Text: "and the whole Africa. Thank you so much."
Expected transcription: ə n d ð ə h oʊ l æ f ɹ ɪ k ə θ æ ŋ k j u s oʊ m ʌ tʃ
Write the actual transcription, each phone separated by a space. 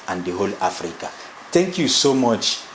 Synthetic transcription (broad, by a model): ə n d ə h oʊ l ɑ f ɹ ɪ k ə t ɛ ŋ k j u s oʊ m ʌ tʃ